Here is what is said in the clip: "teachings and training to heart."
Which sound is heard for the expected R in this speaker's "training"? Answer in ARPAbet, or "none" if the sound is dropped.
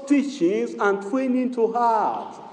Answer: W